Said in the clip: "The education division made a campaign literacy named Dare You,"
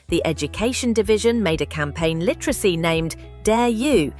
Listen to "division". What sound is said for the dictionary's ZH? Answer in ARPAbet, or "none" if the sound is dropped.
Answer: ZH